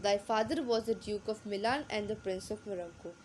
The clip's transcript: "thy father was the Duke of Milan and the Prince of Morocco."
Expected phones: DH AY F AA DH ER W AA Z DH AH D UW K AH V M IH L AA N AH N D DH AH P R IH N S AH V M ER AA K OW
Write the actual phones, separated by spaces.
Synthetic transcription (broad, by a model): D AY F AA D ER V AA Z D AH D UW K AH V M IH L AA N AH N D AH P R IH N S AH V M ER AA K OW